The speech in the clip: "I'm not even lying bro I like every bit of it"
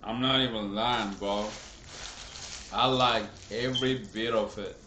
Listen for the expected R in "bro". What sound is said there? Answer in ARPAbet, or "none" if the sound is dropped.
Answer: none